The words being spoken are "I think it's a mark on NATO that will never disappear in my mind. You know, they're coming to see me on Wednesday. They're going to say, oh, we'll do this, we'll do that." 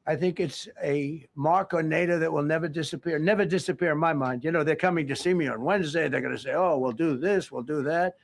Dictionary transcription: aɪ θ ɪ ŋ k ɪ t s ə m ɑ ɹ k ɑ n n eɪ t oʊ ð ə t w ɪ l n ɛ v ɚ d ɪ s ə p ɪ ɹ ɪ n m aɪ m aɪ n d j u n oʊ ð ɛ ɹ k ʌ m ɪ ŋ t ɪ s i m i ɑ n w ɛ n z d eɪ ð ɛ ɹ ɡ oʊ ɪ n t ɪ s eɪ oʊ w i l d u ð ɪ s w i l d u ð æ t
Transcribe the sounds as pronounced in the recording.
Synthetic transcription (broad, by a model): aɪ θ ɪ ŋ k ɪ t s ə m ɑ ɹ k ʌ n n eɪ t oʊ ð ə t w ɪ l n ɛ v ɚ d ɪ s ə p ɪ ɹ ɪ n m aɪ m aɪ n d j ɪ n oʊ ð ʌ ɹ k ʌ m ɪ ŋ t ɪ s i m i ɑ n w ɛ n z d eɪ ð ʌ ɹ ɡ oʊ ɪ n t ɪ s eɪ oʊ w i l d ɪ ð ɪ s w i l d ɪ ð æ t